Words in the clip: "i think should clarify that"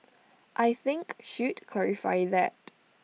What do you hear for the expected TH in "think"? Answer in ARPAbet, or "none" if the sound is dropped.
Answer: TH